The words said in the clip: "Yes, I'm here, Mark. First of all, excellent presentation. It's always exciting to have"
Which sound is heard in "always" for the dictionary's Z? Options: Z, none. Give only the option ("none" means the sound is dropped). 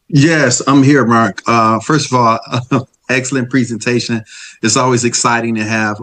Z